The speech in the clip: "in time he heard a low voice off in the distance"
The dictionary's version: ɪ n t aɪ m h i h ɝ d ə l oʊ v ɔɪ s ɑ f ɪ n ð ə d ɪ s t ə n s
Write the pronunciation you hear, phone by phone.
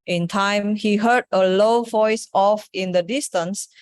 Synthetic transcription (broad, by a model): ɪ n t aɪ m h i h ɝ d ə l oʊ v ɔɪ s ɑ f ɪ n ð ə d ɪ s t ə n s